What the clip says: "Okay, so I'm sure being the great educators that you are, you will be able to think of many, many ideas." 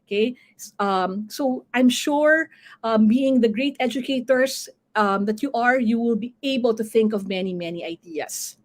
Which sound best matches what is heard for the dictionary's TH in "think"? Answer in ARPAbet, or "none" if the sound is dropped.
TH